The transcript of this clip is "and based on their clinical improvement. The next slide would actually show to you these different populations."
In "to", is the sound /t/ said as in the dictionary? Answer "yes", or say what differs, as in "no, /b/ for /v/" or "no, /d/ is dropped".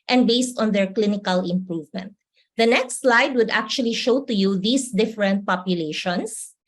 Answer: yes